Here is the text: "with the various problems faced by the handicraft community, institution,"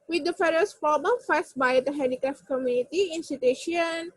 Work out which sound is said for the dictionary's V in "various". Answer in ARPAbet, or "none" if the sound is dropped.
F